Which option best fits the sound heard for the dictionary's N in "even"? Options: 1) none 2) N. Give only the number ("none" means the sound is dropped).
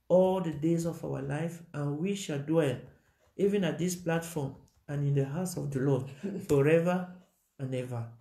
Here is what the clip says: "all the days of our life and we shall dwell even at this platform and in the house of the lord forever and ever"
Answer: 2